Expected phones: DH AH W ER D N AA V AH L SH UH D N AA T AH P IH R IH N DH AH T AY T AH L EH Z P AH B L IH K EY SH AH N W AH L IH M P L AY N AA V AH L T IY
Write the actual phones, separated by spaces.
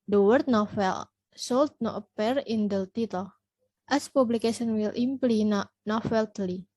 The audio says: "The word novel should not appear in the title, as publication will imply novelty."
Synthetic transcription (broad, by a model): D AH W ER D N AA F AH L S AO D N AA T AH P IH R IH N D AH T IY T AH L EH S P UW B L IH K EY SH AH N W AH L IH M P L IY N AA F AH L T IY